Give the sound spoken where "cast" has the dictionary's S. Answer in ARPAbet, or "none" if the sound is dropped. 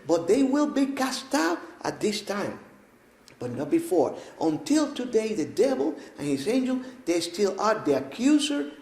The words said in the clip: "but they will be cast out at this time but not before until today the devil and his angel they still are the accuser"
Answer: S